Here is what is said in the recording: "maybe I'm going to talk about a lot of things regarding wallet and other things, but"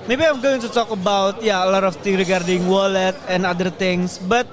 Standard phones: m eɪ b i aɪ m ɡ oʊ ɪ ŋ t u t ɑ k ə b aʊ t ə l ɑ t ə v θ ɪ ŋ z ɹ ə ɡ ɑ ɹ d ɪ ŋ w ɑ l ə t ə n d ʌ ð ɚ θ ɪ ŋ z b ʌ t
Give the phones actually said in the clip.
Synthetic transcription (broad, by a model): m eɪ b i aɪ m ɡ oʊ ɪ ŋ t u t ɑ k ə b aʊ t ə l ɑ t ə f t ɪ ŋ ɹ ə ɡ ɑ ɹ d ɪ ŋ w ɑ l ə t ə n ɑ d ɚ t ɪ ŋ s b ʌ t